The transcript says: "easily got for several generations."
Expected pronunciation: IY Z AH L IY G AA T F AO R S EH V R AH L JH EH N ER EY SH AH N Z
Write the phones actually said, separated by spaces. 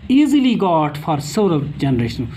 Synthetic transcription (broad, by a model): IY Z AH L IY G AA T F AO R S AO R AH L JH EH N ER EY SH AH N